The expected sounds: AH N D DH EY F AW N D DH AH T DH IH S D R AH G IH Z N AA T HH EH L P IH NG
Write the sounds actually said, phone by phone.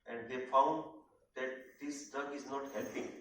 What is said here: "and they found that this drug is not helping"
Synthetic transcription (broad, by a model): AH N D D EY F AW N D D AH T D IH S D AH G IH Z N AA T HH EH L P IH NG